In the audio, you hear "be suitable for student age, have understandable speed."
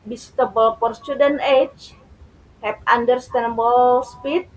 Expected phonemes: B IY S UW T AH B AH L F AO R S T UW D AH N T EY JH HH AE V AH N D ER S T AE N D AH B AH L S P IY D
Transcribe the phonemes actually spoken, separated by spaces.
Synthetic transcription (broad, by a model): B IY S T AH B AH L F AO R S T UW D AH N EY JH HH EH P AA N D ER S T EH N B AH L S P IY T